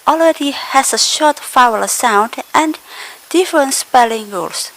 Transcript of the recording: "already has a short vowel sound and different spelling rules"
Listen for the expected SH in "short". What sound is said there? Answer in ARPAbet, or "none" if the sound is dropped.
SH